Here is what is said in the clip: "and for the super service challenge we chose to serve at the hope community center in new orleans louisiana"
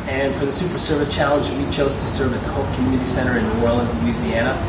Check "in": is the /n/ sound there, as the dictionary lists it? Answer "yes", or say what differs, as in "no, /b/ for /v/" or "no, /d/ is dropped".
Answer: yes